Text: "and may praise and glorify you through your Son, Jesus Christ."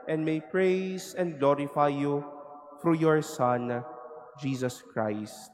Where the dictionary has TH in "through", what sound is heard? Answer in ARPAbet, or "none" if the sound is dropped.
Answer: F